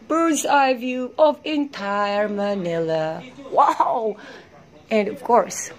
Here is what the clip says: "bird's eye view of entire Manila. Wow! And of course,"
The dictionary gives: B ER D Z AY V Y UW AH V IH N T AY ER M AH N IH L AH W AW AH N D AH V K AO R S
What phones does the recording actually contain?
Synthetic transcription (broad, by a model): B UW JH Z AY V Y UW AH V IH N T AY ER M AH N IH L AH W AW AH N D AH V K AO R S